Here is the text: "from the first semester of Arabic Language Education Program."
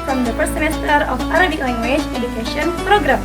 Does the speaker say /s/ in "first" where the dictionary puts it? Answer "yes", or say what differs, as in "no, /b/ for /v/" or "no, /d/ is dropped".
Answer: no, /s/ is dropped